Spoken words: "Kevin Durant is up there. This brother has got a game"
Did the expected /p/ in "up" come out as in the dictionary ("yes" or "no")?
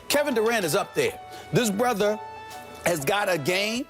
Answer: yes